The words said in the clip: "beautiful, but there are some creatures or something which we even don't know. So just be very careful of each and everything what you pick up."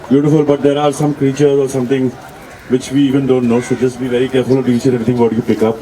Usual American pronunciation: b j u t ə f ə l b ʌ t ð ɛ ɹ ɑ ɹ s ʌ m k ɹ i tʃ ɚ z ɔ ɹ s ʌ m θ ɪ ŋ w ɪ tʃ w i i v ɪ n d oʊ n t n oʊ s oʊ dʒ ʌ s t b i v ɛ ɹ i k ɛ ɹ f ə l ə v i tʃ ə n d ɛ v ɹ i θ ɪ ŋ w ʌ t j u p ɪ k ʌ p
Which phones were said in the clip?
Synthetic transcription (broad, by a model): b j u t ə f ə l b ʌ t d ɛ ɹ ɑ ɹ s ʌ m k ɹ i tʃ ɚ z ɔ ɹ s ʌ m t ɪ ŋ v ɪ tʃ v i i v ɪ n d oʊ n t n oʊ s oʊ dʒ ʌ s t b i v ɛ ɹ i k ɛ ɹ f ə l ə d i s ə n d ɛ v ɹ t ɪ ŋ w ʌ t j u p ɪ k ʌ p